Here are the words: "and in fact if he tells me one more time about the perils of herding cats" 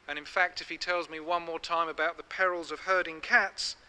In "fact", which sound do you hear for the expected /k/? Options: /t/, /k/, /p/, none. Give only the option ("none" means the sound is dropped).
/k/